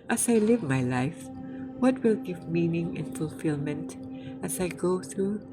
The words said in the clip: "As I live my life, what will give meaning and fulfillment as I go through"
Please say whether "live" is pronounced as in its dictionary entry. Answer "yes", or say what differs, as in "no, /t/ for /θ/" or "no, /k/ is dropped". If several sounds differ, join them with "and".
yes